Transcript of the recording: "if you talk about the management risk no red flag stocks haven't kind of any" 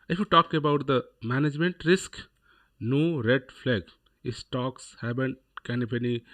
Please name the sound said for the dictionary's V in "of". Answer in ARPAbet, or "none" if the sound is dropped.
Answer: P